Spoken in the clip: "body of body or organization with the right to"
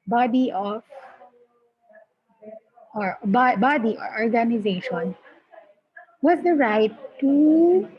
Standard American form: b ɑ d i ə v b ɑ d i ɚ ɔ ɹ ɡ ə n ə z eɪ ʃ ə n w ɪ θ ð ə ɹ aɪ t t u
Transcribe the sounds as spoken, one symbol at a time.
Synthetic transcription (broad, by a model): b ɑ d i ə b b ɑ d i ɔ ɹ ɡ ə n ə z eɪ ʃ ə n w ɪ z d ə ɹ aɪ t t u